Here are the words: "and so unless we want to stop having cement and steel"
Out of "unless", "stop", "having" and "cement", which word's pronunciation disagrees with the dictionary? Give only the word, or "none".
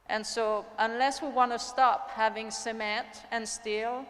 cement